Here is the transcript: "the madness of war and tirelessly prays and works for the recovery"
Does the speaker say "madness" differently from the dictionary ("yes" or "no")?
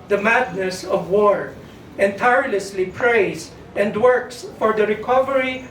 no